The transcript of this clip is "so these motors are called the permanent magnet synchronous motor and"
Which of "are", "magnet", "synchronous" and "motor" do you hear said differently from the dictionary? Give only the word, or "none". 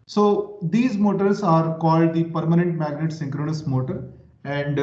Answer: none